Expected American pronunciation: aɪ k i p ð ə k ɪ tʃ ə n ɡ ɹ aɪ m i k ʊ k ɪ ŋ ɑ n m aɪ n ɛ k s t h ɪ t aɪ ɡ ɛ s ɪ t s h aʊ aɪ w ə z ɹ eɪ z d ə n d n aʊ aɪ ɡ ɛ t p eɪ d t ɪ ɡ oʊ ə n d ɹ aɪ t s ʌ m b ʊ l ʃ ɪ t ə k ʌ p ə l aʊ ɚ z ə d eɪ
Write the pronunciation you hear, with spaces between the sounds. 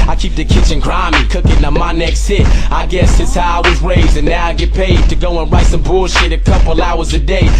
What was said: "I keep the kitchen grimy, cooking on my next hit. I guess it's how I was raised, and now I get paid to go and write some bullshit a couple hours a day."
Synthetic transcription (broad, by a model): aɪ k i p ð ə k ɪ tʃ ə n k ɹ aɪ m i k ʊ k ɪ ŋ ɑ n m aɪ n ɛ k s t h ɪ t aɪ ɡ ɛ s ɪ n s h aʊ aɪ w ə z ɹ eɪ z ə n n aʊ aɪ ɡ ɛ t p eɪ d t ɪ ɡ oʊ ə n ɹ aɪ t s ʌ m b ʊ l ʃ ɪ t ə k ʌ p l aʊ ɚ z ə d eɪ